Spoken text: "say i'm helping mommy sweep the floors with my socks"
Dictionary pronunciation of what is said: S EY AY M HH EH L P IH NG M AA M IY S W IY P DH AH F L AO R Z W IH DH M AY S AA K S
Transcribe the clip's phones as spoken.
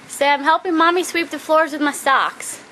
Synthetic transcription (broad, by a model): S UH AY M HH EH L P IH NG M AA M IY S W IY P DH AH F L AO R Z W IH DH M AY S AA K S